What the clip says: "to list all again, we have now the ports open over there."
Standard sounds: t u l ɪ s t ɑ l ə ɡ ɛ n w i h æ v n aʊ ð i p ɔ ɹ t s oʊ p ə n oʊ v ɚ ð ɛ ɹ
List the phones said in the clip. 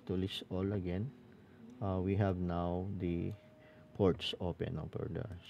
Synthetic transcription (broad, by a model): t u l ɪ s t ɑ l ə ɡ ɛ n w i h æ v n aʊ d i p ɔ ɹ t s oʊ p ə n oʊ p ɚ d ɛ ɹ